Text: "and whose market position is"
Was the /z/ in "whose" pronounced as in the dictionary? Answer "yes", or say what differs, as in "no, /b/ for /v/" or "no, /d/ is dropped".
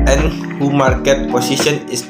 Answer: no, /z/ is dropped